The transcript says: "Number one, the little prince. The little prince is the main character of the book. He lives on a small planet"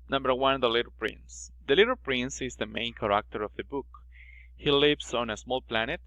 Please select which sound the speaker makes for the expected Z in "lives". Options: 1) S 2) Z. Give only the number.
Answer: 1